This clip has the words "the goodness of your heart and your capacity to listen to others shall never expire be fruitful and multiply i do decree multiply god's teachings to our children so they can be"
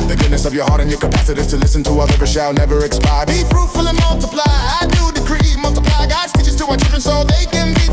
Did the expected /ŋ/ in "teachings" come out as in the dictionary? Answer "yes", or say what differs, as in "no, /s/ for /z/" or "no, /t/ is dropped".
no, /ŋ/ is dropped